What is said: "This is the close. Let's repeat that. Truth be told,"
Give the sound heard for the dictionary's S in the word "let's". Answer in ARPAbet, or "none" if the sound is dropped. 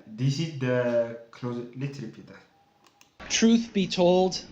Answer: none